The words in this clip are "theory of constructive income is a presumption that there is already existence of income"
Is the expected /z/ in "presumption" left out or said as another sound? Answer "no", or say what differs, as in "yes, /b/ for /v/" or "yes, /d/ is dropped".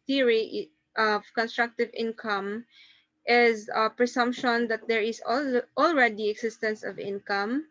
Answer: yes, /s/ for /z/